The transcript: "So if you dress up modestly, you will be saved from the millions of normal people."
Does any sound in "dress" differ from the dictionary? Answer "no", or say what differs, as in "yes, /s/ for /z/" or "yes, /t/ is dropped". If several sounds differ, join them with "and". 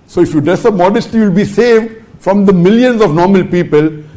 yes, /ɹ/ is dropped